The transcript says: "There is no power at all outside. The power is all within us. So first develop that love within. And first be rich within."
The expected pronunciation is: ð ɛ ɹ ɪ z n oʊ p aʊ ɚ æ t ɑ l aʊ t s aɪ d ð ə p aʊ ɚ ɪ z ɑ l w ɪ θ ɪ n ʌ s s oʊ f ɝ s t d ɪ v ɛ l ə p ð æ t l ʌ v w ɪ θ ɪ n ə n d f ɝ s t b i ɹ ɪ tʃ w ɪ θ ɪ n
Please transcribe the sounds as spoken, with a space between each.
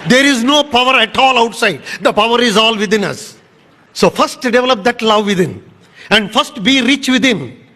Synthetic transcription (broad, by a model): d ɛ ɹ ɪ z n oʊ p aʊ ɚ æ t ɑ l aʊ t s aɪ d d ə p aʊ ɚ ɪ z ɑ l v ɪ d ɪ n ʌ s s oʊ f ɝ s t d ɪ v ɛ l ə p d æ t l ʌ v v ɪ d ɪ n ə n d f ɝ s t b i ɹ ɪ tʃ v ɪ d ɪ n